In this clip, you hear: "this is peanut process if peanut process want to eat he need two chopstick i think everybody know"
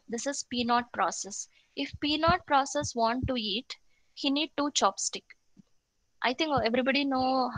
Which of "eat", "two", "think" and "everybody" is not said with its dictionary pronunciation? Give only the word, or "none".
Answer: think